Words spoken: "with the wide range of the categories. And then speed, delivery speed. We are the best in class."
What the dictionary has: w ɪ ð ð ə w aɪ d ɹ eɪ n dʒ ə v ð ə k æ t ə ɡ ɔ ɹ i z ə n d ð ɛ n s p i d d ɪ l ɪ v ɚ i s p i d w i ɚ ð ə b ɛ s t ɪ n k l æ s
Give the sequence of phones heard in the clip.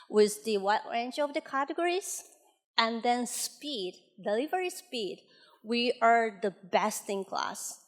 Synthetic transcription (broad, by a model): w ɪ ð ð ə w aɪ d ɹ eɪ n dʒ ə v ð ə k æ t ə ɡ ɔ ɹ i z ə n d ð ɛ n s p i d d ɪ l ɪ v ɚ i s p i d w i ɚ ð ə b ɛ s t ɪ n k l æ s